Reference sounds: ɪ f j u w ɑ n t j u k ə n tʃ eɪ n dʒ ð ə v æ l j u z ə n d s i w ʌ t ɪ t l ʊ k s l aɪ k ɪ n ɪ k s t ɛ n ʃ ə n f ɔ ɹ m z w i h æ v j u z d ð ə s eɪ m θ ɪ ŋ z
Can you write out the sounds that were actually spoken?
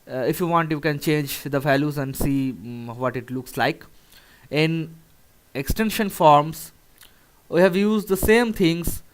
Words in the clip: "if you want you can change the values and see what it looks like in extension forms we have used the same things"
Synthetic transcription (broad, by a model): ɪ f j u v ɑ n t j u k ə n tʃ eɪ n dʒ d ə v æ l j u z ə n d s i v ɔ t ɪ t l ʊ k s l aɪ k ɪ n ɪ k s t ɛ n ʃ ə n f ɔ ɹ m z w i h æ v j u z d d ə s eɪ m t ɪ ŋ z